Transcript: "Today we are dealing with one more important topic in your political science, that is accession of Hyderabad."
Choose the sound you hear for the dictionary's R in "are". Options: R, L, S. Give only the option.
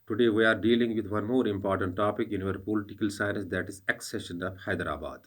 R